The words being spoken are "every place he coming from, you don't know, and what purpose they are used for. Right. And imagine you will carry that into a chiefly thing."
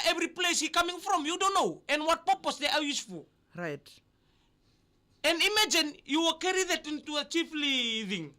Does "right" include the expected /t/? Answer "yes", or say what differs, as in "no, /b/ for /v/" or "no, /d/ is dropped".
yes